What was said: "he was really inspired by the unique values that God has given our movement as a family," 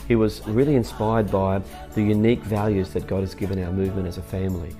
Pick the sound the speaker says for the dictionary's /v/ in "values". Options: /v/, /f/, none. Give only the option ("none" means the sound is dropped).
/v/